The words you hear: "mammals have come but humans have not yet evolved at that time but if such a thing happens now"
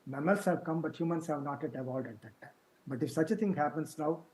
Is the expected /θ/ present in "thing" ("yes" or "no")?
no